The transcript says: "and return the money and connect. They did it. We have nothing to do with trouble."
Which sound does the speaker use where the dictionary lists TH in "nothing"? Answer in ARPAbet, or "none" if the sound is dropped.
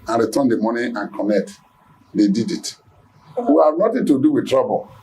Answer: T